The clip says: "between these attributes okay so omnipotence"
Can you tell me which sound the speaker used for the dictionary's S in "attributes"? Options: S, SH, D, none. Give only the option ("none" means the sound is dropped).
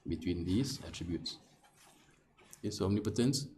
S